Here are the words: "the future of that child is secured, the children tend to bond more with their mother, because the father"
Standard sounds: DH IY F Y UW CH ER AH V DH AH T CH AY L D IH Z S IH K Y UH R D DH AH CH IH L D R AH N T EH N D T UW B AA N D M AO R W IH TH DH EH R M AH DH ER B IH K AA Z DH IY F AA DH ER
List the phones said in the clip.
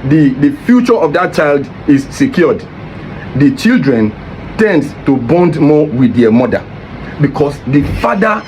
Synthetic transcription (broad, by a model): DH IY F Y UW CH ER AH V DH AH T CH AY L D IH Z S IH K Y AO D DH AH CH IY L D R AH N T EH N D T UW B AA N D M AO W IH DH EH M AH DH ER B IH K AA S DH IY F AA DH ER